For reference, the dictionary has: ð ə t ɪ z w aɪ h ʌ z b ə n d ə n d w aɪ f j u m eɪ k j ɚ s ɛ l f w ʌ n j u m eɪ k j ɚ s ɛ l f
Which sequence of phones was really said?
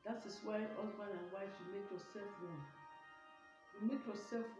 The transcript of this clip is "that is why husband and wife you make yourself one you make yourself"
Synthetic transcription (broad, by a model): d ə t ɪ s w aɪ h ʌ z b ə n ə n w aɪ f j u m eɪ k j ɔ s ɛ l f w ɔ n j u m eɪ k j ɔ s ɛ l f